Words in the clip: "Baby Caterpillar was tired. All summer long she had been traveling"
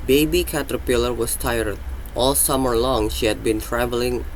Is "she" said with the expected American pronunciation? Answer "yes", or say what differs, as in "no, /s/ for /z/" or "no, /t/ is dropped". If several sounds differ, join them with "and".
yes